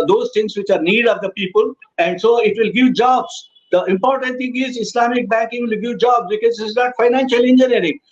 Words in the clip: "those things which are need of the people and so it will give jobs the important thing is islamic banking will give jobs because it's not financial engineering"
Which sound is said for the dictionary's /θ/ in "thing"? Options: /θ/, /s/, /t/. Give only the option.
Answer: /t/